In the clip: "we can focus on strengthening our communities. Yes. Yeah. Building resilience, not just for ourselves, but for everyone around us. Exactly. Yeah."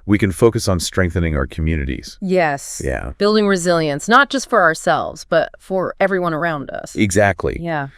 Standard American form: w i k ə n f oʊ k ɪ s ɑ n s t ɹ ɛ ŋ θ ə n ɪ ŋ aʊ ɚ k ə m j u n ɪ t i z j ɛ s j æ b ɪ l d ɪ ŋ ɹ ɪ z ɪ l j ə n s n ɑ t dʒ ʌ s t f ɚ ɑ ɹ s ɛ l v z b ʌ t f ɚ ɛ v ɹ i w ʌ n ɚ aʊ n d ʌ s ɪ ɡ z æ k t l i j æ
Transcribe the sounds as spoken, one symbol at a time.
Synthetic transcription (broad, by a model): w i k ə n f oʊ k ɪ s n s t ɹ ɛ ŋ θ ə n ɪ ŋ aʊ ɚ k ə m j u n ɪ t i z j ɛ s j æ b ɪ l d ɪ ŋ ɹ ɪ z ɪ l j ə n s n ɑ t dʒ ʌ s t f ɚ ɑ ɹ s ɛ l v z b ʌ t f ɚ ɛ v ɹ i w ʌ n ɚ aʊ n d ʌ s ɪ ɡ z æ k t l i j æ